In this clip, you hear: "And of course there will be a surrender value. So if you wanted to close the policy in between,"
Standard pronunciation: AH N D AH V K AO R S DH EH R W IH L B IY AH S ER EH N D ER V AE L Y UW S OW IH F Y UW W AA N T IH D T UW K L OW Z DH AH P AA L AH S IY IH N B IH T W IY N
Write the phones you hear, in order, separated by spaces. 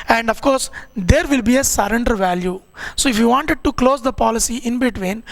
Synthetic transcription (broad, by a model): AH N D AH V K AO R S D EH R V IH L B IY AH S ER EH N D ER V AE L Y UW S OW IH F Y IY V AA N T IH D T UW K L OW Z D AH P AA L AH S IY IH N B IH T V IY N